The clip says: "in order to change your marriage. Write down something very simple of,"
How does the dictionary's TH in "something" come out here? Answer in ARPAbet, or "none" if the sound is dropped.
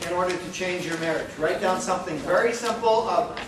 TH